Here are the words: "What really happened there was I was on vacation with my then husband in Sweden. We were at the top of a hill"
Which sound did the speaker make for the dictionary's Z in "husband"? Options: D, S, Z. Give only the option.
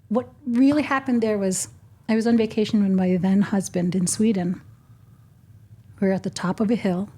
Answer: Z